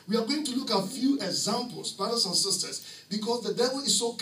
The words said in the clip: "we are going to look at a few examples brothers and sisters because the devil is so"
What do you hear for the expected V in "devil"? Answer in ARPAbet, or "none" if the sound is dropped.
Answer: V